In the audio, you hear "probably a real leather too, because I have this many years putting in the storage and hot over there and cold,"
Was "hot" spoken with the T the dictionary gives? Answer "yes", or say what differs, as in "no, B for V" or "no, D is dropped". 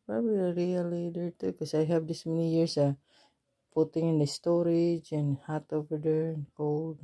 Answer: yes